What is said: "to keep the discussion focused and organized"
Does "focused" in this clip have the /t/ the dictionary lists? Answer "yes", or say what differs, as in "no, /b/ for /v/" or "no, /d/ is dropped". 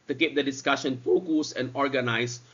no, /t/ is dropped